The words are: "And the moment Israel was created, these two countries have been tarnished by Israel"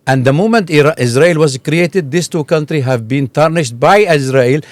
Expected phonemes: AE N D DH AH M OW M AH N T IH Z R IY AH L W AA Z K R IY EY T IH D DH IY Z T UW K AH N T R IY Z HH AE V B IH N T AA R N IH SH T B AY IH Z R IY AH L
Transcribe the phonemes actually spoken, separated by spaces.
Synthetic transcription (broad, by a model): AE N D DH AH M OW M AH N T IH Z R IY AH L W AA Z K R IY EY T IH D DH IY S T UW K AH N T R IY HH AE V B IH N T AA R N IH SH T B AY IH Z R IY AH L